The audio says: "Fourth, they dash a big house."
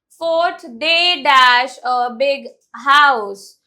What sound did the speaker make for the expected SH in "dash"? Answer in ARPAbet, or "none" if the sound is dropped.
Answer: SH